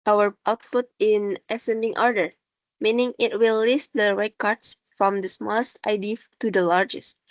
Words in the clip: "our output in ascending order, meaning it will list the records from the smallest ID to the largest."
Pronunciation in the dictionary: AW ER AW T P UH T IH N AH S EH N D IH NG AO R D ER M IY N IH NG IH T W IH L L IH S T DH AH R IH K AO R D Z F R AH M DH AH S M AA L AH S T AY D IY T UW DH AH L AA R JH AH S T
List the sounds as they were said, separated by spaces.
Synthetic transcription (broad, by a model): AW ER AW T P UH T IH N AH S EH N D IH NG AO R D ER M IY N IH NG IH T W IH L L IH S T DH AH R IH K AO R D S F R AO M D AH S M AA L AH S T AY D IY T UW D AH L AA R JH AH S T